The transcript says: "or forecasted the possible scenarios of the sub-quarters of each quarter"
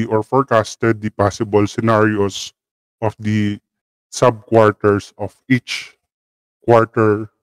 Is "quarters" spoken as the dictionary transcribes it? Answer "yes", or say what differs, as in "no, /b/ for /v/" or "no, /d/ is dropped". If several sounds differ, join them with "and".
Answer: no, /s/ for /z/